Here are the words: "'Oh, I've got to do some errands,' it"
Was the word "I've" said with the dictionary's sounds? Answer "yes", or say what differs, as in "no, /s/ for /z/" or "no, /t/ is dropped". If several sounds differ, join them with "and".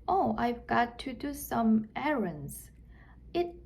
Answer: yes